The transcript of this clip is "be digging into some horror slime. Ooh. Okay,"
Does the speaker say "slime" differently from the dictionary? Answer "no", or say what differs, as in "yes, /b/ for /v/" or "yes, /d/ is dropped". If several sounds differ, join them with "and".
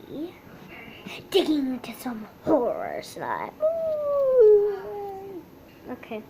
yes, /n/ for /l/ and /m/ is dropped